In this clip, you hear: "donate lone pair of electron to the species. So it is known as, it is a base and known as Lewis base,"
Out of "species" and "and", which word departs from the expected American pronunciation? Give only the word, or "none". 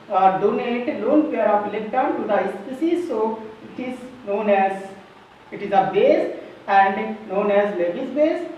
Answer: species